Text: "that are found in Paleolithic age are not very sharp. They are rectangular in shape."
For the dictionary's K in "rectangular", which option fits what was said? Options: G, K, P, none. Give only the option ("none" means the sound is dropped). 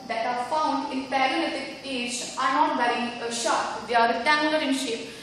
none